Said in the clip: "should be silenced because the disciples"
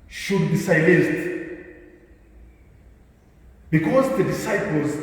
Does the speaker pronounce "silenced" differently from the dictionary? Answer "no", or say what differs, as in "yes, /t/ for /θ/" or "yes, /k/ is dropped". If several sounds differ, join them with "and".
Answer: yes, /n/ is dropped